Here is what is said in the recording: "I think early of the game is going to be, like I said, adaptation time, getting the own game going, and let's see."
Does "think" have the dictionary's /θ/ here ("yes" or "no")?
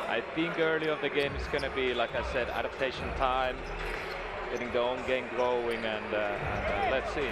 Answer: yes